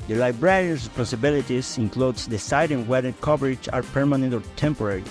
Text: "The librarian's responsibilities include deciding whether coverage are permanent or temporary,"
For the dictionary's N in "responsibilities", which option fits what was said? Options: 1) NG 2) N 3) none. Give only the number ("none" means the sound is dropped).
3